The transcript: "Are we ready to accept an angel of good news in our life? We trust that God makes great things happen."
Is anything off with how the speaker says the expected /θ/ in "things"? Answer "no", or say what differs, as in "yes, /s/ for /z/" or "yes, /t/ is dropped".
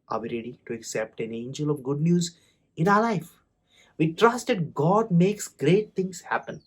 yes, /t/ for /θ/